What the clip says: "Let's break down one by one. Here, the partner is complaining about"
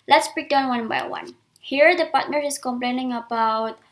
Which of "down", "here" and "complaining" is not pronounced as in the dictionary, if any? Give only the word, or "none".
none